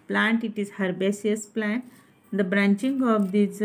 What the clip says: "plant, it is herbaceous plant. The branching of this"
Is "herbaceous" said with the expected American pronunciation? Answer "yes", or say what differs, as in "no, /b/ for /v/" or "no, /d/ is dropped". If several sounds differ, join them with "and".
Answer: no, /s/ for /ʃ/